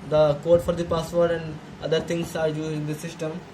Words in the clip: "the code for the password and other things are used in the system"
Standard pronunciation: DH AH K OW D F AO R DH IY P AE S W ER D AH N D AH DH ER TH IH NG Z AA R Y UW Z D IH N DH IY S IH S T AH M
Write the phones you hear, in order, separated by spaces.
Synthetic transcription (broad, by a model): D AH K OW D F AO R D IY P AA S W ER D AH N D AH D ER T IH NG S AA R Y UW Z IH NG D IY S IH S T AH M